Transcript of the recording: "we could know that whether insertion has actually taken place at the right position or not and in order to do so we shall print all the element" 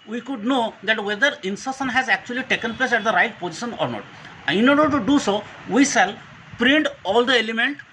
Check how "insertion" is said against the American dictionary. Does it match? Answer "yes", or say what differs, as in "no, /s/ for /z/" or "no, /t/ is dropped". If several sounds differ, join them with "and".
no, /s/ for /ʃ/